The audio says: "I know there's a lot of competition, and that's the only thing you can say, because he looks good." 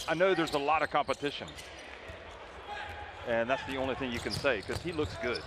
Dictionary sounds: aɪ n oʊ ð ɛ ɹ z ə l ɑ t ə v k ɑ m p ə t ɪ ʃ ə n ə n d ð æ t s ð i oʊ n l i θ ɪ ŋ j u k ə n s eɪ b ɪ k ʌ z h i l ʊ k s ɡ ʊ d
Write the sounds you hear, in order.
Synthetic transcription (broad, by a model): aɪ n oʊ ð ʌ ɹ z ə l ɑ t ə v k ɑ m p ə t ɪ ʃ ə n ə n ð æ t s ð i oʊ n l i θ ɪ ŋ j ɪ k ə n s eɪ ɪ k ʌ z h i l ʊ k s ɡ ʊ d